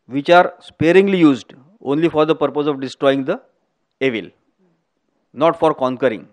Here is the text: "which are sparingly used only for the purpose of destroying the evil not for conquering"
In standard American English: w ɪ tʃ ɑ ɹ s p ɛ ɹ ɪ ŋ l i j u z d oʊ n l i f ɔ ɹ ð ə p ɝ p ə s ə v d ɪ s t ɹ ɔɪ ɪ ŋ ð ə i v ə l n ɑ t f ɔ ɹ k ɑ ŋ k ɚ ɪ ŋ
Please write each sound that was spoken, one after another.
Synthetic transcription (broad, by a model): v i tʃ ɑ ɹ s p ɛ ɹ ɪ ŋ l i j u z d oʊ n l i f ɔ ɹ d ə p ɝ p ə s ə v d ɪ s t ɹ ɔɪ ɪ ŋ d ə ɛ v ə l n ɑ t f ɔ ɹ k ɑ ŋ k ɚ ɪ ŋ